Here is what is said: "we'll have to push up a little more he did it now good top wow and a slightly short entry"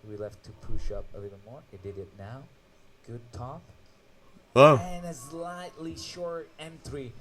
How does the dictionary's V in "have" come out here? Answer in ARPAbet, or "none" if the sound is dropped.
F